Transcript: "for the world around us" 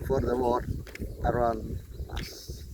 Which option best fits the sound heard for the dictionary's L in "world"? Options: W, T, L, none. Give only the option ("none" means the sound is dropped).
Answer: none